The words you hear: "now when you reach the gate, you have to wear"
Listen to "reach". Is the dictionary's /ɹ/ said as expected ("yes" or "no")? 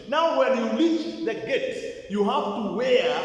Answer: no